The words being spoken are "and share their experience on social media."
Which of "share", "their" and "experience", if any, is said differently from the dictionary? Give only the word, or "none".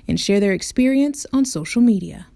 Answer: none